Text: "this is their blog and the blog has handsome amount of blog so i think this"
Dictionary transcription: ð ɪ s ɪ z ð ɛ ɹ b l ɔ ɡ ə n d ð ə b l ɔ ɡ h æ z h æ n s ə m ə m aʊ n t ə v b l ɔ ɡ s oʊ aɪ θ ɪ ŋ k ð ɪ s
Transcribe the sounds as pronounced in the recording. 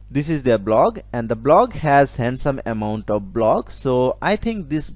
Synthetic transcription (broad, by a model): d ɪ s ɪ z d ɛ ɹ b l ɔ ɡ ə n d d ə b l ɔ ɡ h æ z h æ n s ə m ə m aʊ n t ə v b l ɔ ɡ s oʊ aɪ t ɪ ŋ k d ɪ s